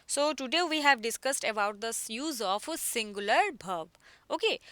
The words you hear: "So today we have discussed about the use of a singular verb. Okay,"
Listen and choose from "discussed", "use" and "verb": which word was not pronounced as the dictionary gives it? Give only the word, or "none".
verb